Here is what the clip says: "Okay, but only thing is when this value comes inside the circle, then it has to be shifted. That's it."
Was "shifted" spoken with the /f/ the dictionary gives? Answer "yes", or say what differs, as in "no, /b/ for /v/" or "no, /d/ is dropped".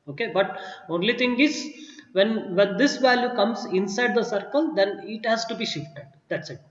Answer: yes